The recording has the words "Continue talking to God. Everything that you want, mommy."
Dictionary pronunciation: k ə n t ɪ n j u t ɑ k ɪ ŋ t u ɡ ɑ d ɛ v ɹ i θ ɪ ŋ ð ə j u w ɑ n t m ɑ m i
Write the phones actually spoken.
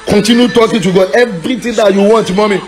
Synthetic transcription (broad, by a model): k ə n t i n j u t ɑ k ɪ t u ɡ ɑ ɛ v ɹ i t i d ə j u w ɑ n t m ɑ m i